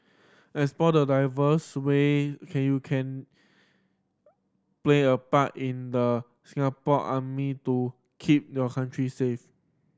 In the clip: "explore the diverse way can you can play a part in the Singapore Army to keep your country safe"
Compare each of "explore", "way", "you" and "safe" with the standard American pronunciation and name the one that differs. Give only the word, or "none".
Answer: explore